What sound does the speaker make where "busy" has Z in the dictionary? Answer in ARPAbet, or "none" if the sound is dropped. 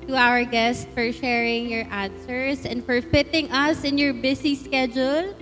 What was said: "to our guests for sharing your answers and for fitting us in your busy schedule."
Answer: S